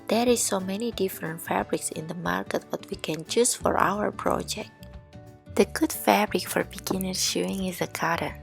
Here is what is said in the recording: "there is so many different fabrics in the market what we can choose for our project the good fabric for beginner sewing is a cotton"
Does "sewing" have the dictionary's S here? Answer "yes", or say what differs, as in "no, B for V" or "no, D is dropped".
no, SH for S